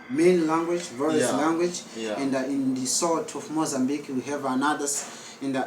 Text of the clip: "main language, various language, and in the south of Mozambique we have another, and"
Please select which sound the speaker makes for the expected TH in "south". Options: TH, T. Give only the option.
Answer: T